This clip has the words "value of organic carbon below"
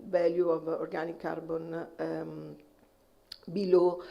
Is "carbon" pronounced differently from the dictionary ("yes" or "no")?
no